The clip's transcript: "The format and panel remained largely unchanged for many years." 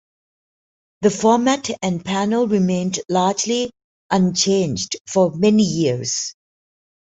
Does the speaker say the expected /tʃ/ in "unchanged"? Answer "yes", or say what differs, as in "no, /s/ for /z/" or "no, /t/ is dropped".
yes